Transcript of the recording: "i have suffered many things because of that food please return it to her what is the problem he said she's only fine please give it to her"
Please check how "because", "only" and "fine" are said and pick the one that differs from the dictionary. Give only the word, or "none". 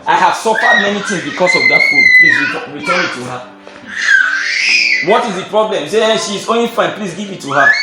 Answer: because